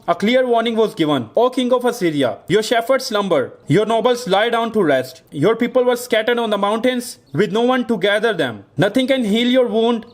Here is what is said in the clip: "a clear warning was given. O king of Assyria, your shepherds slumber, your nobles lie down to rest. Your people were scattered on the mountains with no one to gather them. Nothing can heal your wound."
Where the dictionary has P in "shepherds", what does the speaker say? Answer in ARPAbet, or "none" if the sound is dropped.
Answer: F